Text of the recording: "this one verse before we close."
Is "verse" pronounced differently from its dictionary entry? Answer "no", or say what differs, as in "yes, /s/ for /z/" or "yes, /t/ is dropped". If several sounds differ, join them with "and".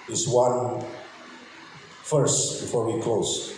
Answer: yes, /f/ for /v/